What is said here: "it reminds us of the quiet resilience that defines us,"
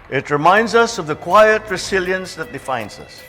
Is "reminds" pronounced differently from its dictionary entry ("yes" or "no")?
no